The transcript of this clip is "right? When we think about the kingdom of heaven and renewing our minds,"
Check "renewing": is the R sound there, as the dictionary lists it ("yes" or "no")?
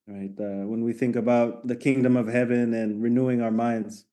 yes